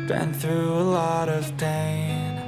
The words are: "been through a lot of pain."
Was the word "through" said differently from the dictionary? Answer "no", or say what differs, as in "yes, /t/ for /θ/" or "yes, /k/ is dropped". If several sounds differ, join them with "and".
no